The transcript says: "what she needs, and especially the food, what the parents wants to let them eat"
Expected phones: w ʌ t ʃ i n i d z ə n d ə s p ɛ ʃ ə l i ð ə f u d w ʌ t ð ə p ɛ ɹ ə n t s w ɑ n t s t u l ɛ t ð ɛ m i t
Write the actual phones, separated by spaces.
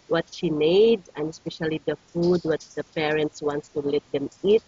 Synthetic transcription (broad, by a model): w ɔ t ʃ i n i d ə n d ə s p ɛ ʃ ə l i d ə f u d w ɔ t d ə p ɛ ɹ ə n t s w ɑ n t s t u l ɛ t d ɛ m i t